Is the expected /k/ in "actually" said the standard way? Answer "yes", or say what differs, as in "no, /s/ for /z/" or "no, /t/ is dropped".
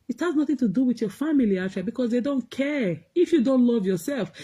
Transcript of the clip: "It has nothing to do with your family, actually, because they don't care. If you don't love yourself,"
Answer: no, /k/ is dropped